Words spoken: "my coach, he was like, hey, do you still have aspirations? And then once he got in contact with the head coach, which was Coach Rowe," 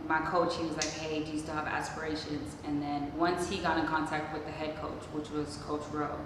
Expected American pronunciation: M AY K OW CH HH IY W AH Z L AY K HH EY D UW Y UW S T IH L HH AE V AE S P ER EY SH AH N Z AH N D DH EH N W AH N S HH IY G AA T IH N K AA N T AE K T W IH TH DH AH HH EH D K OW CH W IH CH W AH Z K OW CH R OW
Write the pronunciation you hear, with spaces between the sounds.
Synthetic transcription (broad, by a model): M AY K OW CH HH IY W AH Z L AY K HH EY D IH Y UW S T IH V AE S P ER EY SH AH N Z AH N DH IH N W AH N S HH IY G AA T IH N K AA N T AE K T W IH DH AH HH EH D K OW CH W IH CH W AH Z K OW CH R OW